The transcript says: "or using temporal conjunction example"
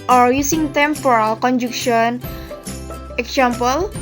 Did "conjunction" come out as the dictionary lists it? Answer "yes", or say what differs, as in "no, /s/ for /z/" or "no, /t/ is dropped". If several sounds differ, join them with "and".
no, /ŋ/ is dropped